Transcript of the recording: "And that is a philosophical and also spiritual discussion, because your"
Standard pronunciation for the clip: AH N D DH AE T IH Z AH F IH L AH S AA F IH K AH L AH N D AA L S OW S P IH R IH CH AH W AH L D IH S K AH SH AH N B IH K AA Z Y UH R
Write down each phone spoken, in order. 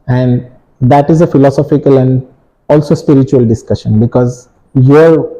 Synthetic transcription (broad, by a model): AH N D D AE T IH Z AH F IH L AH S AA F IH K AH L AH N D AA L S OW S P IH R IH CH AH AH L D IH S K AH SH AH N B IH K AA Z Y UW R